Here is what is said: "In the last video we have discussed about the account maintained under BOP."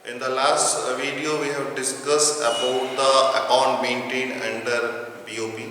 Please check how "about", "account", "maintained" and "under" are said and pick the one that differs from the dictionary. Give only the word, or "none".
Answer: maintained